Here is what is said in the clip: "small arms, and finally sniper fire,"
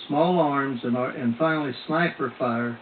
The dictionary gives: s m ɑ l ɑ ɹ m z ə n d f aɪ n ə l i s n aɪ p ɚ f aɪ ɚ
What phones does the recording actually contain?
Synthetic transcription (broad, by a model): s m ɑ l ɑ ɹ m z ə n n f aɪ n l i s n aɪ p ɚ f aɪ ɚ